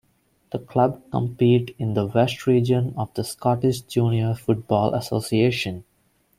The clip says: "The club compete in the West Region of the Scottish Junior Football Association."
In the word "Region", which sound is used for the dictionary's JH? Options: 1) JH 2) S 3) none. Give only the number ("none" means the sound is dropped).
1